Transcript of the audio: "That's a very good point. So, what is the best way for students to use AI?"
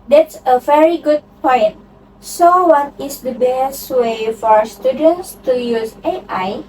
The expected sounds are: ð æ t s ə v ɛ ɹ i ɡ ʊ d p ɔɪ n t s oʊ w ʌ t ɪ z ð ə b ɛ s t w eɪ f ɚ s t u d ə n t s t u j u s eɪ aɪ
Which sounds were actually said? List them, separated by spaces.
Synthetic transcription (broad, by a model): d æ t s ə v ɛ ɹ i ɡ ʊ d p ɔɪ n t s oʊ w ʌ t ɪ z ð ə b ɛ s t w eɪ f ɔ s t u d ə n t s t u j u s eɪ aɪ